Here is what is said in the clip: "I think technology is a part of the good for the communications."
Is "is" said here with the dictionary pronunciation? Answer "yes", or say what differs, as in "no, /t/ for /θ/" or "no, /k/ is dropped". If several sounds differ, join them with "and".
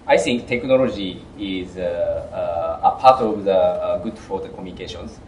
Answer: yes